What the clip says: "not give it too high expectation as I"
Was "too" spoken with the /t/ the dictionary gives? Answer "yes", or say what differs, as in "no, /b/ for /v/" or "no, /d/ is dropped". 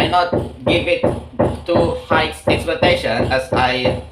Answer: yes